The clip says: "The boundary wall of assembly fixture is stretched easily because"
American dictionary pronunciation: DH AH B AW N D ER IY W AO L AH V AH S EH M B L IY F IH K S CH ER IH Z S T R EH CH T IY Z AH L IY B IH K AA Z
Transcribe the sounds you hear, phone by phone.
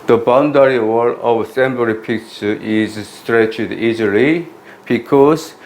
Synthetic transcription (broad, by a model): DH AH B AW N D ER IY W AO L AH V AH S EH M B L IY P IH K CH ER IH Z S T R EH CH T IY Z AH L IY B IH K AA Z